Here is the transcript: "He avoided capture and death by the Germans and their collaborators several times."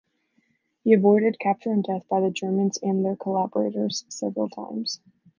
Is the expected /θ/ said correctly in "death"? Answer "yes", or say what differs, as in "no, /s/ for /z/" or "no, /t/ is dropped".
yes